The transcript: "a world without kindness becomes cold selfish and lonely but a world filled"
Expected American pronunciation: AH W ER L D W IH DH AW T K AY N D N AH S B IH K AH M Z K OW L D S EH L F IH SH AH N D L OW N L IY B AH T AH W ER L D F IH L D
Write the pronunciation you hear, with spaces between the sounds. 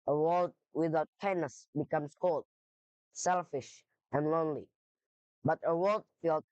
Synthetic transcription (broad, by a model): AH W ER L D W IH DH AW T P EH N N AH S B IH K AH M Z K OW L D S EH L F IH SH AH N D L OW N L IY B AH T AH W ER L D F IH L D